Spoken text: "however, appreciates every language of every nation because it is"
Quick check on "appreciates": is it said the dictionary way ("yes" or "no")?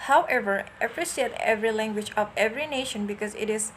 no